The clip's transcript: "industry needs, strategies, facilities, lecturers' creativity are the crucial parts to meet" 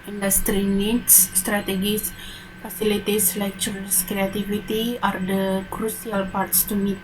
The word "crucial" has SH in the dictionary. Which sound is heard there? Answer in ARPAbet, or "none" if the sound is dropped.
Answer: S